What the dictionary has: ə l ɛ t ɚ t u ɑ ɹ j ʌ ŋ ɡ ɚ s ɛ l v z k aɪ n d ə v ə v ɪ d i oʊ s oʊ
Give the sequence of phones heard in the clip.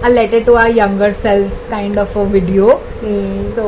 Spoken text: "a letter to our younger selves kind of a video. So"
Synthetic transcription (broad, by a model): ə l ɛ t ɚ t u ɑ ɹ j ʌ ŋ ɡ ɚ s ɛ l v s k aɪ n d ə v ə v ɪ d i oʊ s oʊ